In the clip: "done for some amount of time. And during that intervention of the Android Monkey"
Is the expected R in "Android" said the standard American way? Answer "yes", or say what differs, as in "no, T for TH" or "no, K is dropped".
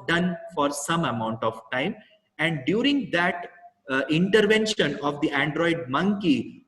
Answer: yes